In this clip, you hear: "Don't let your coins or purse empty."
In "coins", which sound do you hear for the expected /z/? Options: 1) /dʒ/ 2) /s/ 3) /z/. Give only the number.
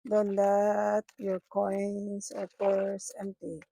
2